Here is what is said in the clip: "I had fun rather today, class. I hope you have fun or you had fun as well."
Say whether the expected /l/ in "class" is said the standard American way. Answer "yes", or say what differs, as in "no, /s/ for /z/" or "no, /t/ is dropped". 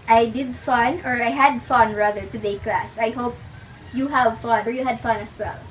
yes